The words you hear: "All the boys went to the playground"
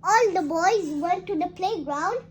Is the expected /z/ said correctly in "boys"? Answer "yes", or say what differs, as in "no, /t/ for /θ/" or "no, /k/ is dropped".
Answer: yes